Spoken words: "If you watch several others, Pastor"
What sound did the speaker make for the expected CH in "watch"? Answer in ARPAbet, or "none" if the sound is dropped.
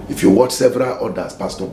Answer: CH